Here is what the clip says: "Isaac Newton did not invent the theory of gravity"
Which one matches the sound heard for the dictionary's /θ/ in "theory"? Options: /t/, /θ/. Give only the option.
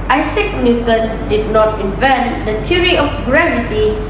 /t/